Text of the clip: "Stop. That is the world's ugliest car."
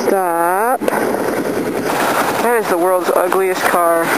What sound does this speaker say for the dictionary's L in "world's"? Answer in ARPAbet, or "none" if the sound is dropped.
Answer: L